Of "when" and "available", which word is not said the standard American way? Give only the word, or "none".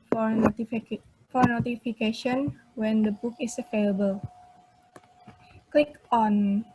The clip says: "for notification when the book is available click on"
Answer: available